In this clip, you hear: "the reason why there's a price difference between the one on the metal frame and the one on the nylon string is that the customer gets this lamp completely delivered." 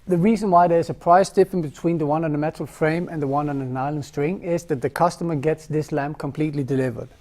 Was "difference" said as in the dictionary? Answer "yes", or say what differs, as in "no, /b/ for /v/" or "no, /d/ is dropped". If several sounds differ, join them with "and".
no, /s/ is dropped